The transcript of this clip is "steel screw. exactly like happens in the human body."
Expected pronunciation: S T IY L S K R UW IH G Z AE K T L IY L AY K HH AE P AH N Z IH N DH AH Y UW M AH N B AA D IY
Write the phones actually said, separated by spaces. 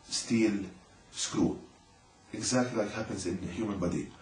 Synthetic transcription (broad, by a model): S T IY L S K R UW IH G Z AE K T L IY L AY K HH AE P AH N Z IH N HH Y UW M AH N B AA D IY